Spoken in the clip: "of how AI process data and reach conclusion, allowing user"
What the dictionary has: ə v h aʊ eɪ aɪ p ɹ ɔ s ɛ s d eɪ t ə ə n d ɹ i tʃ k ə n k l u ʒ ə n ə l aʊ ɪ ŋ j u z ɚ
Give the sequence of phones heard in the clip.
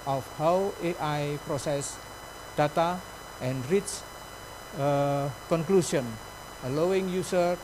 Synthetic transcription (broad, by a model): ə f h aʊ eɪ aɪ p ɹ ɔ s ɛ s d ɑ t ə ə n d ɹ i s k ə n k l u s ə n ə l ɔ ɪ ŋ j u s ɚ